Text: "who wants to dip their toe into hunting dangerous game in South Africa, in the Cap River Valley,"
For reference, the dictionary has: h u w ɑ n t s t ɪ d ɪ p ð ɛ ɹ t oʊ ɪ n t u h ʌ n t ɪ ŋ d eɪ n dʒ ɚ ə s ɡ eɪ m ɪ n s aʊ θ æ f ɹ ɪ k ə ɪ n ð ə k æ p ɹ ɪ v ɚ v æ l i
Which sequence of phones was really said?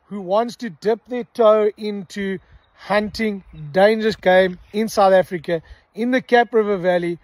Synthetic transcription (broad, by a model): h u w ɑ n t s t ɪ d ɪ p ð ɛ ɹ t oʊ ɪ n t u h ʌ n t ɪ ŋ d eɪ n dʒ ɚ ə s ɡ eɪ m ɪ n s aʊ θ æ f ɹ ɪ k ə ɪ n ð ə k æ p ɹ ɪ v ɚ v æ l i